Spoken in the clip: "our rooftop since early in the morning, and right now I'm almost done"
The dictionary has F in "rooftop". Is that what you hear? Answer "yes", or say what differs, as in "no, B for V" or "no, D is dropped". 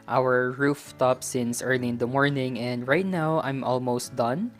yes